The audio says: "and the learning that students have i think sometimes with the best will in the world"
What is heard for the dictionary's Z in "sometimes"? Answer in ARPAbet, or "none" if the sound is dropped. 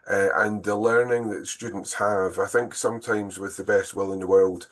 Z